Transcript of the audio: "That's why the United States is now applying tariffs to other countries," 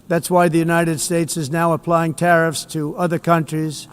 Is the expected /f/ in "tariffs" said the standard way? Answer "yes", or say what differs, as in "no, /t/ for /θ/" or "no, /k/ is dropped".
yes